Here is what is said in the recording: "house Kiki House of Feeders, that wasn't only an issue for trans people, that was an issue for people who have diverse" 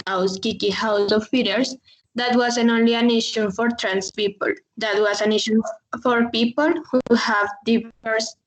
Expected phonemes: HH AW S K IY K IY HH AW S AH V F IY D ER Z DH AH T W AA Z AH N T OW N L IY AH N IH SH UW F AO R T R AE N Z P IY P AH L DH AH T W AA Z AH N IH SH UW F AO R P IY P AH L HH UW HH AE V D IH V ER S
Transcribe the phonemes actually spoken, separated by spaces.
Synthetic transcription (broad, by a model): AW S K IY K IY HH AW S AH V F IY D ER S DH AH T W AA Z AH N OW N L IY AH N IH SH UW F AO R T R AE N S P IY P AH L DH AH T W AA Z AH N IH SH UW F AO R P IY P AH L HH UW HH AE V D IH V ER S